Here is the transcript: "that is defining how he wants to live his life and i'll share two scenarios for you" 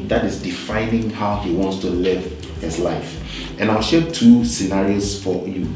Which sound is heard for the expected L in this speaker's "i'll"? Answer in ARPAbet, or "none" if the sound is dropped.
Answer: L